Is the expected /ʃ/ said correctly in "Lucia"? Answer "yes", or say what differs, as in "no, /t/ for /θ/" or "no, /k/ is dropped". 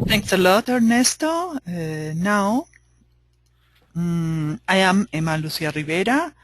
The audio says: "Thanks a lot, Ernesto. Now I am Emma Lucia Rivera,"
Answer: no, /s/ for /ʃ/